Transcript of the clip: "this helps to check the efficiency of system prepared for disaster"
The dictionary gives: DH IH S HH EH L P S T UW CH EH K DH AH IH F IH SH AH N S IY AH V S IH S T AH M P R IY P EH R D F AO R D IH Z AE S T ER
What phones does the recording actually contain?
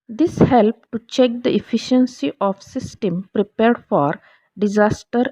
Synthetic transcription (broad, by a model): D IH S HH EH L P T UW CH EH K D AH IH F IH SH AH N S IY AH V S IH S T AH M P R IY P EH R D F AO R D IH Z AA S T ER